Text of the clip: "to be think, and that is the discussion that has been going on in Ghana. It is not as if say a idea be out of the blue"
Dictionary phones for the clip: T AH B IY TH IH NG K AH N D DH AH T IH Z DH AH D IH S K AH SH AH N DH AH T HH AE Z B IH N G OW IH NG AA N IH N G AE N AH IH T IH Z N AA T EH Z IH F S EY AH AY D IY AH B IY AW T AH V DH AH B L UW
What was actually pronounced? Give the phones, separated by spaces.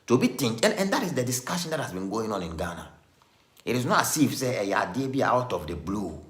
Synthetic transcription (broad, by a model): T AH B IY T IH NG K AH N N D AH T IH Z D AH D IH S K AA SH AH N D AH T HH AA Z B IH N G OW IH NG AA N IH N G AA N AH IH T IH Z N AA T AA S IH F S EY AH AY D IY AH B IY AW T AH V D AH B L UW